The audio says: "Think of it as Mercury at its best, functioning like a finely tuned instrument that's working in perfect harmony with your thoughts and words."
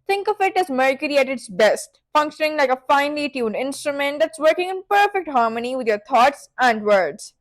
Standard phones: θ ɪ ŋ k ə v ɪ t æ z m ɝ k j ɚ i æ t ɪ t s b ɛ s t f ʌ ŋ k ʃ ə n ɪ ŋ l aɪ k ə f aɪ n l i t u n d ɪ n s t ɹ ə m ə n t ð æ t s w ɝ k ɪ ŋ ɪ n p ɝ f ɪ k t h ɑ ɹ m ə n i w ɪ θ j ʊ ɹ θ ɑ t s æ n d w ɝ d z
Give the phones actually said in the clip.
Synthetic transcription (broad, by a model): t ɪ ŋ k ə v ɪ t æ z m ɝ k j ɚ i æ t ɪ t s b ɛ s t f ʌ ŋ k ʃ ə n ɪ ŋ l aɪ k ə f aɪ n l i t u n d ɪ n s t ɹ ə m ə n t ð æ t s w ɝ k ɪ ŋ ɪ n p ɝ f ɪ k t h ɑ ɹ m ə n i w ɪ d j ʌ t ɑ t s æ n d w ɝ d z